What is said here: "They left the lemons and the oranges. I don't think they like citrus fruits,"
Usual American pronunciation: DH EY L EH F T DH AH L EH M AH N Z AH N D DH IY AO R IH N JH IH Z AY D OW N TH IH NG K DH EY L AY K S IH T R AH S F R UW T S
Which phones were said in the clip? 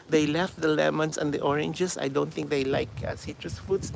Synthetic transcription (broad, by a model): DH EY L EH F T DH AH L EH M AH N S AH N D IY AO R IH N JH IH S AY D OW N T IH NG K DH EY L AY K S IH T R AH S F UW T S